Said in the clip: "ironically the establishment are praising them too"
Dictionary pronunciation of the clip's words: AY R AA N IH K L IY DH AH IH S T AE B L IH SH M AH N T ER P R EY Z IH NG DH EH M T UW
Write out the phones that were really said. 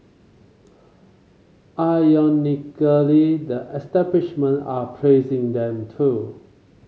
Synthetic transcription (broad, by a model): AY AA N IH K L IY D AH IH S T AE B L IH SH M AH N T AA P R EY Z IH NG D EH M T UW